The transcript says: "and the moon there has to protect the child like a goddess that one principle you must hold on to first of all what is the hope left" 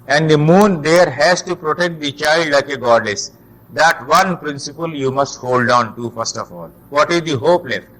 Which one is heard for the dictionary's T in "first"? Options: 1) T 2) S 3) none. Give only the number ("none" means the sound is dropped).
1